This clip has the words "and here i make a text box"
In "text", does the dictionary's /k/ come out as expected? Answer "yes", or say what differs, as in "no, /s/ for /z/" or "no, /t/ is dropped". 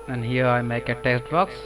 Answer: no, /k/ is dropped